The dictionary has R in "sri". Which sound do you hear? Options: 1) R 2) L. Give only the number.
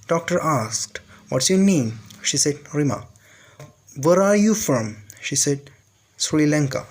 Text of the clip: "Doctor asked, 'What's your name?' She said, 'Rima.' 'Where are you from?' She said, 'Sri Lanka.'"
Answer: 2